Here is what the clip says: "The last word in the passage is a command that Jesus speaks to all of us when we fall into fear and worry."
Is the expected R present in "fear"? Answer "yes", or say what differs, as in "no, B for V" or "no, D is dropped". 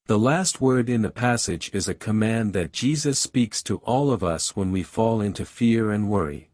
yes